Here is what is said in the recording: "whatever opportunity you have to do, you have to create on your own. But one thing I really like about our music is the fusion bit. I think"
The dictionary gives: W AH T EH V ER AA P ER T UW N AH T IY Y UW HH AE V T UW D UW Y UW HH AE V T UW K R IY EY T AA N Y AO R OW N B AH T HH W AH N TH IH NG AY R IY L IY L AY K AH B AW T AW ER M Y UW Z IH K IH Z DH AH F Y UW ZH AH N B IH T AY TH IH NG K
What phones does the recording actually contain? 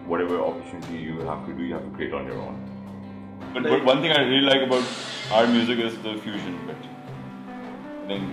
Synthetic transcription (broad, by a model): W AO T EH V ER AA P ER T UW N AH T IY Y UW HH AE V T UW D UW Y UW HH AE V T UW K R IY EY T AA N Y AO R OW N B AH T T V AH N T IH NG AY R IY L IY L AY K AH B AW T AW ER M Y UW Z IH K IH Z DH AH F Y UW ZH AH N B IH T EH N